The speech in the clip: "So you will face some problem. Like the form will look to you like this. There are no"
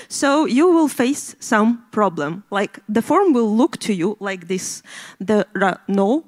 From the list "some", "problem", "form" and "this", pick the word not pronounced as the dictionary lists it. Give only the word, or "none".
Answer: none